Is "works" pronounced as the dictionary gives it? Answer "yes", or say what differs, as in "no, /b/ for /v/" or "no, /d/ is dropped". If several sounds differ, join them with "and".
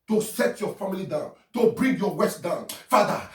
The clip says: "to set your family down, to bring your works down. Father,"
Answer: no, /k/ is dropped